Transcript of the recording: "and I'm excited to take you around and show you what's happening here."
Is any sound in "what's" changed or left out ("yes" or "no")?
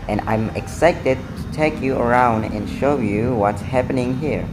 no